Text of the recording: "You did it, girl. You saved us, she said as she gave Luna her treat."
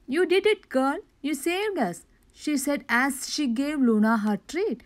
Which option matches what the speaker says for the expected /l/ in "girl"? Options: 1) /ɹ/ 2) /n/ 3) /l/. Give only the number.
2